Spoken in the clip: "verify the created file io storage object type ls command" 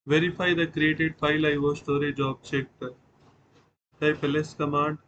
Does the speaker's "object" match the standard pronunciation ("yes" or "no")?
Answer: no